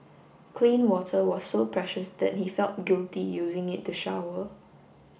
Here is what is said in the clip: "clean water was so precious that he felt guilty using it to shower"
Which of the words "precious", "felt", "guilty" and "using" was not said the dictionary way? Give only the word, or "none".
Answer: none